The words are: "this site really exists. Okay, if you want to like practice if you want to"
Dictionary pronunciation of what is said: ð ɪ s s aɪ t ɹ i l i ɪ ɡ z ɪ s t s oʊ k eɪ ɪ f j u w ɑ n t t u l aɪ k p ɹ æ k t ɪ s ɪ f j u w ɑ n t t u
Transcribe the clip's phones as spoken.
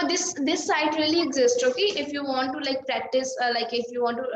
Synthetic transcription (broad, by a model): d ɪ s s aɪ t ɹ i l i ɪ ɡ z ɪ s t s oʊ k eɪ ɪ f j u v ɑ n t t u l aɪ k p ɹ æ k t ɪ s ɪ f j u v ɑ n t t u